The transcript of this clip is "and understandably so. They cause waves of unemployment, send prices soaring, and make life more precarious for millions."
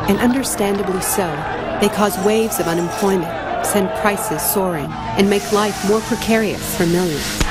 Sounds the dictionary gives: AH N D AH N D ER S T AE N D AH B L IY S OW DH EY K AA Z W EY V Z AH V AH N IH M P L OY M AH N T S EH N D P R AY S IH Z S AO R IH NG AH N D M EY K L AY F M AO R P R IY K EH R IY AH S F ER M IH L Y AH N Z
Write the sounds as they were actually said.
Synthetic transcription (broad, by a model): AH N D AH N D ER S T AE N D AH B L IY S OW DH EY K AA Z W EY V Z AH V AH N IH M P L OY M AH N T S EH N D P R AY S IH Z S AO R IH NG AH N M EY K L AY F M AO R P R IY K EH R IY AH S F ER M IH L Y AH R